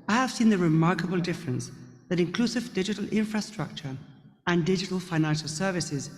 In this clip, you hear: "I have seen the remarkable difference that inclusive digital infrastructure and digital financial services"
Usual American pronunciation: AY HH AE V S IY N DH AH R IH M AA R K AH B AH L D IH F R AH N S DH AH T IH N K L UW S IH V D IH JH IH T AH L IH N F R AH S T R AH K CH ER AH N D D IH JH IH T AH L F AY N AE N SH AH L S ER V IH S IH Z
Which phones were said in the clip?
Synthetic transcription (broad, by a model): AY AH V S IY N DH AH R IH M AA R K AH B AH L D IH F R AH N S DH AH T IH N K L UW S IH V D IH JH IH T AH L IH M F R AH S T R AH K CH ER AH N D D IH JH IH T AH L F AY N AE N SH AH L S ER V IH S IH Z